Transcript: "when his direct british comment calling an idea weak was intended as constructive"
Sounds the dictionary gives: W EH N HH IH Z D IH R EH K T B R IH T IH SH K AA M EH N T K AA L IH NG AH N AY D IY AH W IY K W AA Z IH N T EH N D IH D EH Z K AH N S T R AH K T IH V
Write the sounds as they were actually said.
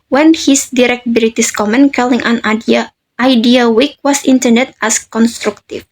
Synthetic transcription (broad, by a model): W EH N HH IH S D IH R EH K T B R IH T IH S K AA M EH N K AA L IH NG AH N AY D IY AH W IY K W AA S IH N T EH N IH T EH S K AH N S T R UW K T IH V